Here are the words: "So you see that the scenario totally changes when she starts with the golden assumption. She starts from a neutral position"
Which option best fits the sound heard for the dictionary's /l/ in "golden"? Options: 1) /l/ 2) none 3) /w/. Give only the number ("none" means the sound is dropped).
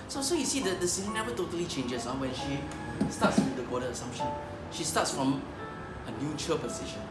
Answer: 2